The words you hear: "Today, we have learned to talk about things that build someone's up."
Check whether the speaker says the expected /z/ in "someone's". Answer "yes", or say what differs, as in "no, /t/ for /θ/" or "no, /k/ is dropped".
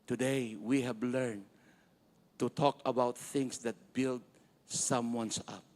no, /s/ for /z/